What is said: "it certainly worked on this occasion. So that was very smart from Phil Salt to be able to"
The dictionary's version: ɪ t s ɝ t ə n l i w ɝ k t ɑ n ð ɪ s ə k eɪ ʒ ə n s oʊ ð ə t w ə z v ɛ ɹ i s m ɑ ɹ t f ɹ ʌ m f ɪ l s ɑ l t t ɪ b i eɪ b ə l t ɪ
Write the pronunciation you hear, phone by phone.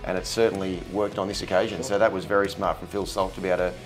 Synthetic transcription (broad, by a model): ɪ t s ɝ t n l i w ɝ k t n ð ɪ s ə k eɪ ʒ ə n s oʊ ð ə t w ə z v ɛ ɹ i s m ɑ ɹ t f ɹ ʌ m f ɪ l s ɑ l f t ɪ b i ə t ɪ